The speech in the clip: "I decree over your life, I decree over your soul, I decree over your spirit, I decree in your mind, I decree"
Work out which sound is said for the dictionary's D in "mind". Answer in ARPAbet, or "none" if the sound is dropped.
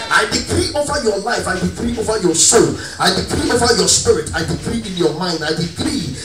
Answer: D